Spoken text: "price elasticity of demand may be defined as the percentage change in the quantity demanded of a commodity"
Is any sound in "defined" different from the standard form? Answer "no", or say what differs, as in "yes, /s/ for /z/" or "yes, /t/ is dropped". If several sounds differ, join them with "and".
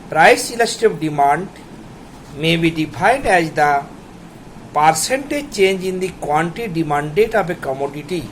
yes, /p/ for /f/